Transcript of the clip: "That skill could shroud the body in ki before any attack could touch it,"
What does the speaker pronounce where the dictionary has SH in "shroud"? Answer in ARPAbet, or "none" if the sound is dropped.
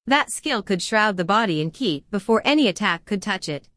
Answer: SH